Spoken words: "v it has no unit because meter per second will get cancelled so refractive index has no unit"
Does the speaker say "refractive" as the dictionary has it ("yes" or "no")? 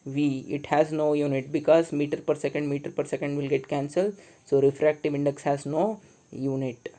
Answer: yes